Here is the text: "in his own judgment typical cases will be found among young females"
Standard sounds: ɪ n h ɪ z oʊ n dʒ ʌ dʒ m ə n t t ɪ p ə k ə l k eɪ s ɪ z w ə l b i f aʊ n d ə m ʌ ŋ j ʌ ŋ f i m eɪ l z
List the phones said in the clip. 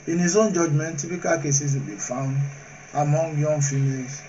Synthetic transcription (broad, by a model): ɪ n h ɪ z oʊ n dʒ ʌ dʒ m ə n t t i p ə k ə l k eɪ s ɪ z w ə l b i f aʊ n d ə m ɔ ŋ j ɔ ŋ f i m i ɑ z